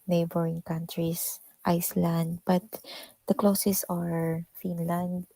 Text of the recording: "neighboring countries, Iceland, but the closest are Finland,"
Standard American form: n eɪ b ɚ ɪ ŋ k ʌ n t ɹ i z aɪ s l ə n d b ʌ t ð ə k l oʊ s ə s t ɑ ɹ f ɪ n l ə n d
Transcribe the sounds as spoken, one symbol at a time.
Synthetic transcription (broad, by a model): n eɪ b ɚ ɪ ŋ k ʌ n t ɹ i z aɪ s l ə n d b ʌ t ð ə k l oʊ s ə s ɑ ɹ f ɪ n l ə n d